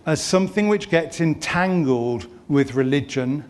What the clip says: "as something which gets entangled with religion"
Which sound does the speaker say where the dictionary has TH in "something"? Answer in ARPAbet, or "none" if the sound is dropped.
TH